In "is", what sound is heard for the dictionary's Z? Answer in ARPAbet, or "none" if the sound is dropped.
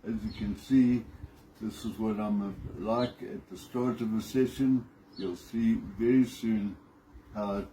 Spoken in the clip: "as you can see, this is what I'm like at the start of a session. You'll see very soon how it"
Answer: Z